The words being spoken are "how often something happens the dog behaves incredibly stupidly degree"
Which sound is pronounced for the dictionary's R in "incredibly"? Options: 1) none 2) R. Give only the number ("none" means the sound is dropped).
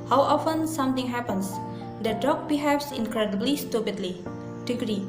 2